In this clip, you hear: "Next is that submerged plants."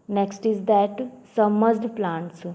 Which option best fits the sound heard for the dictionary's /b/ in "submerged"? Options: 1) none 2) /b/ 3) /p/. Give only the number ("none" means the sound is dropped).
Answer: 1